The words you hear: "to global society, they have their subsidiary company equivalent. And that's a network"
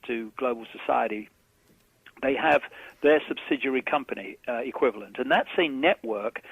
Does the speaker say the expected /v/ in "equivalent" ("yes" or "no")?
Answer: yes